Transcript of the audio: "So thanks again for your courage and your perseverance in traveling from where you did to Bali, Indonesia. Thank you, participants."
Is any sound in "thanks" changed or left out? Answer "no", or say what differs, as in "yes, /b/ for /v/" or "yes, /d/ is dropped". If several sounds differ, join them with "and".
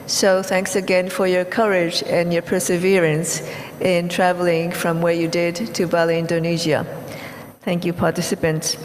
no